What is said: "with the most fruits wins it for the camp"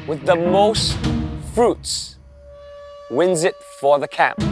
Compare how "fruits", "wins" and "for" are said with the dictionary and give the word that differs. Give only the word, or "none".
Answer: none